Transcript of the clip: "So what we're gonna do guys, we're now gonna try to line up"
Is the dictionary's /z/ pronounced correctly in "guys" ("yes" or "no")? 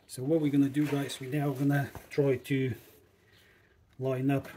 no